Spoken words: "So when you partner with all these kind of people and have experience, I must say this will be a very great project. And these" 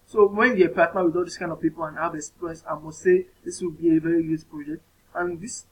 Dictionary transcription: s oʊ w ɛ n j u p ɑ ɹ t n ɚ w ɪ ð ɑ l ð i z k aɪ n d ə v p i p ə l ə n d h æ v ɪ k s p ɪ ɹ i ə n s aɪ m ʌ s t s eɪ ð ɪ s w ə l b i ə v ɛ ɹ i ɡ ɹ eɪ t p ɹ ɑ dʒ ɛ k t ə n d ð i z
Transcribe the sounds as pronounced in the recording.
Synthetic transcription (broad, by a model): s oʊ w ɛ n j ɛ p ɑ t n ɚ w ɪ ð ɑ l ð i s k aɪ n d ə v p i p ə l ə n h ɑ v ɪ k s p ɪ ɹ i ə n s aɪ m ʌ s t s eɪ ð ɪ s w ə l b i ə v ɛ ɹ i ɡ eɪ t p ɹ ɑ dʒ ɛ k t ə n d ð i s